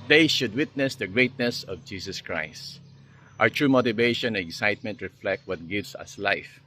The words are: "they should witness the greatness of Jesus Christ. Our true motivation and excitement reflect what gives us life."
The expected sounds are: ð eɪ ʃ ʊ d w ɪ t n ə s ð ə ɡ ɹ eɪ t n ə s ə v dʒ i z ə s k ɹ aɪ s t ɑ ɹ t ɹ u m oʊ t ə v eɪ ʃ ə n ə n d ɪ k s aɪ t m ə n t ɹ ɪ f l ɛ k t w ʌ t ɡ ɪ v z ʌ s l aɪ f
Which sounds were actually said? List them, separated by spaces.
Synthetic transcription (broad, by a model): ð eɪ ʃ ʊ d w ɪ t n ə s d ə ɡ ɹ eɪ t n ə s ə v dʒ i s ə s k ɹ aɪ s t ɑ ɹ t ɹ u m oʊ t ə v eɪ ʃ ə n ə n ɪ k s aɪ t m ə n t ɹ ɪ f l ɛ k t w ʌ t ɡ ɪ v s ʌ s l aɪ f